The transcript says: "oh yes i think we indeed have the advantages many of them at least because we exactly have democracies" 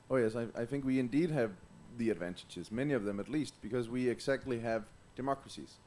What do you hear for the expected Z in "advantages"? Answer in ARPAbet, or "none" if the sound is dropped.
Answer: Z